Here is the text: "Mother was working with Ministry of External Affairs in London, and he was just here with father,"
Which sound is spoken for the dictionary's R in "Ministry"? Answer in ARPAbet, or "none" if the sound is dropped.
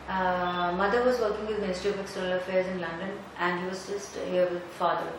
none